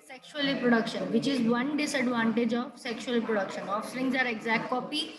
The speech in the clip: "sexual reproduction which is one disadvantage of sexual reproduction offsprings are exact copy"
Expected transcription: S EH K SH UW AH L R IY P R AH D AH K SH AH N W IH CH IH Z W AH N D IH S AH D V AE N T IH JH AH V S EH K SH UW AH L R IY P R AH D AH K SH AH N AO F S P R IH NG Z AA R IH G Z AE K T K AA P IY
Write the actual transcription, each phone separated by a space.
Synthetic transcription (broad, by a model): S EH K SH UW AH L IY P R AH D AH K SH AH N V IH CH IH Z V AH N D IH S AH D V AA N T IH JH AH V S EH K SH UW AH L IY P R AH D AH K SH AH N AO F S R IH NG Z AA R IH G Z AE K T K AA P IY